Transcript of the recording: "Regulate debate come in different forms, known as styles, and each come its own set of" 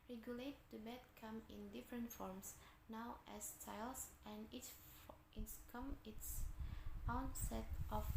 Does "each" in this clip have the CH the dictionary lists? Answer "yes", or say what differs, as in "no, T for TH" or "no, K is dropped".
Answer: no, S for CH